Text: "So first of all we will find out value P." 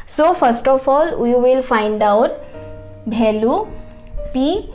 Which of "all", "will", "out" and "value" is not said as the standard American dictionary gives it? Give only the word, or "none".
value